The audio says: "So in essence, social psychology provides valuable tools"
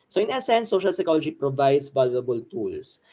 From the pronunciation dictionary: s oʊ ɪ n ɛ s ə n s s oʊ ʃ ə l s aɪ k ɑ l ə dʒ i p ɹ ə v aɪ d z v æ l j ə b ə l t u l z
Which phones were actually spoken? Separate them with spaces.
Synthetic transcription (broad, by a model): s oʊ ɪ n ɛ s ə n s s oʊ ʃ ə l s aɪ k ɑ l ə dʒ i p ɹ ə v aɪ d s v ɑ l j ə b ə l t u l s